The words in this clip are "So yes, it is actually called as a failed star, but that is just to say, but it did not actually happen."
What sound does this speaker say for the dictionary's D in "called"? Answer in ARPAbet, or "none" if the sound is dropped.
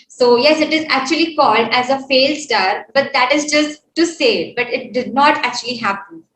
D